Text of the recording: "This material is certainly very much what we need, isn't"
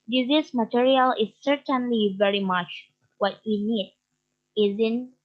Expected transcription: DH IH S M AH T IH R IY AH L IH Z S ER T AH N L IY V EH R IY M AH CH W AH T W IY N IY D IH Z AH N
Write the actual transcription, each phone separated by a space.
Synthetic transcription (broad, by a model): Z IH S M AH T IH R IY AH L IH Z S ER T AH N L IY V EH R IY M AH CH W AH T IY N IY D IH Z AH N